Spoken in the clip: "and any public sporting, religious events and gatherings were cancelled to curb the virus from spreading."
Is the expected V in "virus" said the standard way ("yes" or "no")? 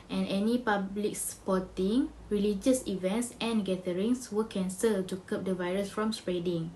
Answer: yes